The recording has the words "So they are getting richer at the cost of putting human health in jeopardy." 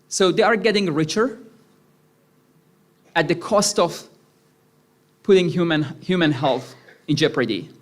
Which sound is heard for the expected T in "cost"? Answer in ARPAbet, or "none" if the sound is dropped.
T